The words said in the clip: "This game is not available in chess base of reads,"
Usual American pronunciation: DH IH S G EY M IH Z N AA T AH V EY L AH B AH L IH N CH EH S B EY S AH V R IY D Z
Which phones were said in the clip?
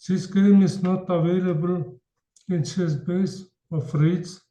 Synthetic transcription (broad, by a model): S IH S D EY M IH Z N AA T AH V EY L AH B AH L IH N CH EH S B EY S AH F R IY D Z